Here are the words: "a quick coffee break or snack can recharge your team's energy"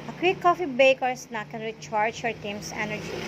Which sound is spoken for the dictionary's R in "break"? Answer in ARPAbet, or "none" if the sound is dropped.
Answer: none